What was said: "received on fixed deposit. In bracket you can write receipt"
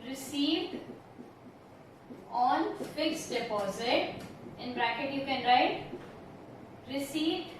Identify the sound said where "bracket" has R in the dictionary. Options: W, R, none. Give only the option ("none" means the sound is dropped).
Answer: R